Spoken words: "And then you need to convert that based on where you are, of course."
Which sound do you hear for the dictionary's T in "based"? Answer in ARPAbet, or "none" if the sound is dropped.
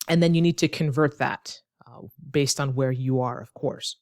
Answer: T